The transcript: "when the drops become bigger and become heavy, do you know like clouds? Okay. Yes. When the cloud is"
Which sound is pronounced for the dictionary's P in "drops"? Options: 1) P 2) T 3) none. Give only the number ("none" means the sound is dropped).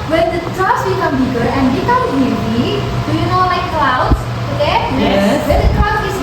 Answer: 3